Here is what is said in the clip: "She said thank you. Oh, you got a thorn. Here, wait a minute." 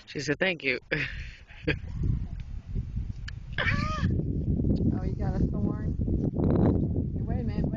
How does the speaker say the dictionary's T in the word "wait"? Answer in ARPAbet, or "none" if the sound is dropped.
none